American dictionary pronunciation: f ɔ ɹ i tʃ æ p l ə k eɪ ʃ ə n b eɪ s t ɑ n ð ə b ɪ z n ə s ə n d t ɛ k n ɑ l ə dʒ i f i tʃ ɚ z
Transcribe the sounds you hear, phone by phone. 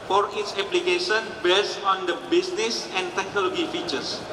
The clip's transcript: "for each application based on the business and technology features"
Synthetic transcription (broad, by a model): f ɔ ɹ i s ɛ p l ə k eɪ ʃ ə n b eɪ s ɑ n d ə b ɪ s n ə s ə n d t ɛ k n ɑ l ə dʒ i f i tʃ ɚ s